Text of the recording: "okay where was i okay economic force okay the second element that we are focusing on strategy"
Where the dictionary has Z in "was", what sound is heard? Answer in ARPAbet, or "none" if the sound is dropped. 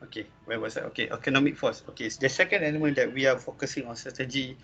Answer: S